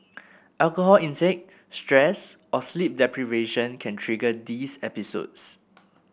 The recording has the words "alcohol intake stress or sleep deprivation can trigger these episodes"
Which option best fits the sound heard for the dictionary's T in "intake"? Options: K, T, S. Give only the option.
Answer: S